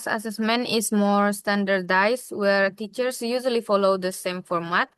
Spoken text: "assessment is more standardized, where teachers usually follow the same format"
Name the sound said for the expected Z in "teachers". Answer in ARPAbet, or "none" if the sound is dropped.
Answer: S